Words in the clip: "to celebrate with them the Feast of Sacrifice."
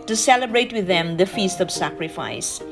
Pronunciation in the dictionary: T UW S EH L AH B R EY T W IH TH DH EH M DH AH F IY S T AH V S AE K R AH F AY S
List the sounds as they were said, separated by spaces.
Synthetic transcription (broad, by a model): T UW S EH L AH B R EY T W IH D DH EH M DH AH F IY S T AH V S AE K R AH F AY S